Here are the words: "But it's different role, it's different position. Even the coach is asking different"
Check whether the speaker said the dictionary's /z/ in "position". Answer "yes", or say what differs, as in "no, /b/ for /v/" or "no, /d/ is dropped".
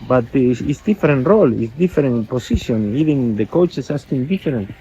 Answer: no, /s/ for /z/